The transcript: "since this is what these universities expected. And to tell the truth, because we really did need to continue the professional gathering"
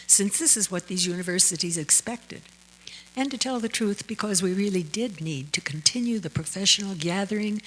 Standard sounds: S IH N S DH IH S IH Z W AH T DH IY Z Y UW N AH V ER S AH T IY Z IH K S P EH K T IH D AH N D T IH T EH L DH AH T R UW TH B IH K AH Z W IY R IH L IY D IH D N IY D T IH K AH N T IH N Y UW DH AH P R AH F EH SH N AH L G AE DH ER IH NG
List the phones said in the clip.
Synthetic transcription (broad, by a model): S IH N S DH IH S IH Z W AH T DH IY Z Y UW N AH V ER S AH T IY Z IH K S P EH K T IH D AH N T IH T EH L DH AH T R UW TH B IH K AH Z W IY R IH L IY D IH D N IY D T IH K N T IH N Y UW DH AH P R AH F EH SH N L G AE DH ER IH NG